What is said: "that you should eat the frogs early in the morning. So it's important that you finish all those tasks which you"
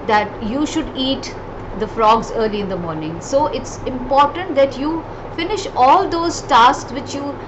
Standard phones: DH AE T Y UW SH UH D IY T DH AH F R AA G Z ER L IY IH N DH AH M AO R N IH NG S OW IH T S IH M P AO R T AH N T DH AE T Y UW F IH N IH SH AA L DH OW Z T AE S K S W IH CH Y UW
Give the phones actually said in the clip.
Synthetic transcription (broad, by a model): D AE T Y UW SH UH D IY T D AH F R AA G Z ER L IY IH N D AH M AO R N IH NG S OW IH T S IH M P AO R T AH N T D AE T Y UW F IH N IH SH AA L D OW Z T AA S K S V IH CH Y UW